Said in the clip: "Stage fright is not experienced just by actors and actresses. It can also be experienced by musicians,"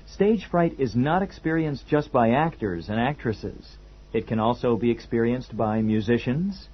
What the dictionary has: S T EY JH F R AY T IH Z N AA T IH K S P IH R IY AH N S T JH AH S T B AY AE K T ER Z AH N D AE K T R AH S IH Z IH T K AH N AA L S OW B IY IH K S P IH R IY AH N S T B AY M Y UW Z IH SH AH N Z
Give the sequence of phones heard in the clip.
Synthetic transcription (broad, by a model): S T EY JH F R AY T IH Z N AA T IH K S P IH R IY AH N S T JH AH S T B AY AE K T ER Z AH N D AE K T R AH S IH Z IH T K AH N AA L S OW B IY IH K S P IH R IY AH N S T B AY M Y UW Z IH SH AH N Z